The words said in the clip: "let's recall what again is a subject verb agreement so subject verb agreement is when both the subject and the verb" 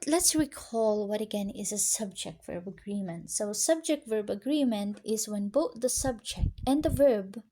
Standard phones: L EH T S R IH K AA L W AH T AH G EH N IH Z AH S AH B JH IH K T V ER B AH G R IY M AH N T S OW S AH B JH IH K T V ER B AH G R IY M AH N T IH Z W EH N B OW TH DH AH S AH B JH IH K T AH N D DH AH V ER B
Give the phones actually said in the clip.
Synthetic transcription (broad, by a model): L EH T S R IH K AA L W AH T AH G EH N IH Z AH S AH B JH IH K T V ER B AH G R IY M AH N T S OW S AH B JH IH K T V ER B AH G R IY M AH N T IH Z W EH N B OW TH DH AH S AH B JH IH K T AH N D DH AH V ER B